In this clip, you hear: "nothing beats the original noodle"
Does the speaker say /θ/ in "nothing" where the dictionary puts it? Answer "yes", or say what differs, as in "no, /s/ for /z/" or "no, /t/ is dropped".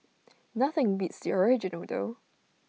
yes